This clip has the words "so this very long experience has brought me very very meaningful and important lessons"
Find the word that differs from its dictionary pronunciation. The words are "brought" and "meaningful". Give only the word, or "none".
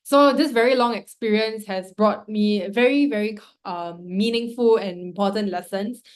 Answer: none